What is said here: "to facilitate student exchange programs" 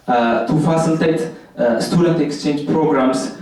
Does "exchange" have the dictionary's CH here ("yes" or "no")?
yes